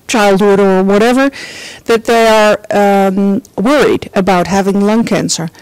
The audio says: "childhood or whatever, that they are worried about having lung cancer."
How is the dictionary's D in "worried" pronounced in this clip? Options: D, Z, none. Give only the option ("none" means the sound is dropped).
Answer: D